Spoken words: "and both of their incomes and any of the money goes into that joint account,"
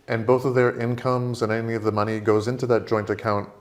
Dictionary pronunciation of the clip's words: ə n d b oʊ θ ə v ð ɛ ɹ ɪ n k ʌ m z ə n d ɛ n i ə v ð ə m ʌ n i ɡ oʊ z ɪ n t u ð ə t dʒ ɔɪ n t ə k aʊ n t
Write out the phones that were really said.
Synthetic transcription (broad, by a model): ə n b oʊ θ ə v ð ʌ ɹ ɪ n k ʌ m z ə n ɛ n i ə v ð ə m ʌ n i ɡ oʊ z ɪ n t u ð ə t dʒ ɔɪ n t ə k aʊ n t